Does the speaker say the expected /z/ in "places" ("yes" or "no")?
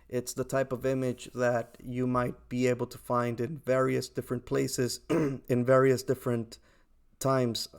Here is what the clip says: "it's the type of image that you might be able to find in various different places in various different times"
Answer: yes